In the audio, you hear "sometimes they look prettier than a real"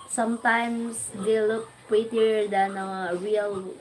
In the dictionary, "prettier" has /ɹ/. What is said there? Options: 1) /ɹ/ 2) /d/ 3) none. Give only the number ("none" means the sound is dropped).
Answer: 3